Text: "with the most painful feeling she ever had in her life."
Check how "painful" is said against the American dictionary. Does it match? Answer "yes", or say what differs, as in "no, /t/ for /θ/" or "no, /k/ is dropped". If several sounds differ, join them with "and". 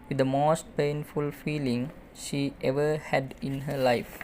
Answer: yes